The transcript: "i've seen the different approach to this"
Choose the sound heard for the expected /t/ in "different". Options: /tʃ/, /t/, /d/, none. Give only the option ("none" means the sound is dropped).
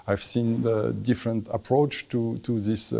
/t/